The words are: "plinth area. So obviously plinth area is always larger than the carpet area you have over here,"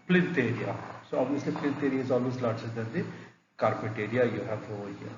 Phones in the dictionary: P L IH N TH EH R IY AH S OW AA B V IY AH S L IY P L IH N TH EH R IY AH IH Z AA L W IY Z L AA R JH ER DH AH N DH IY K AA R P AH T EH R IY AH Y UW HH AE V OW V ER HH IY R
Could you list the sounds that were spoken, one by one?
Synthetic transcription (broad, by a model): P L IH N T EH R IY AH S OW AA B V IY AH S L IY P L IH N T EH R IY AH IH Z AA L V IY S L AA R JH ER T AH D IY K AA R P AH T EH R IY AH Y UW HH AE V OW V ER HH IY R